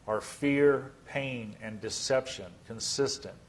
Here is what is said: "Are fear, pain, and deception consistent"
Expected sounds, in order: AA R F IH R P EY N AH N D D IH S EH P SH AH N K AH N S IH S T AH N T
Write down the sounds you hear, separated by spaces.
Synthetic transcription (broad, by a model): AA R F IH R P EY N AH N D D IH S EH P SH AH N K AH N S IH S T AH N T